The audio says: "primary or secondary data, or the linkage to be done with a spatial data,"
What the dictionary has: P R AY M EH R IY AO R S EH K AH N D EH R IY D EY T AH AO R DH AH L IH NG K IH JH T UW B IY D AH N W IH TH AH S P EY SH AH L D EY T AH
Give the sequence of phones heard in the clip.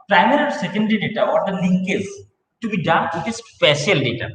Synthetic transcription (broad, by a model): P R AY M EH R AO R S EH K AH N D EH R IY D EY T AH AO R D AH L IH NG K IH Z T UW B IY D AH N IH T AH S P EY SH AH L D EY T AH